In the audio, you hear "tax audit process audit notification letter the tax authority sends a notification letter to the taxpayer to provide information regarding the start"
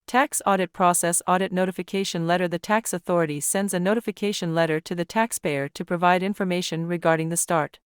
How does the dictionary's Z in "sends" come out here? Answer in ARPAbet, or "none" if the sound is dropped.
Z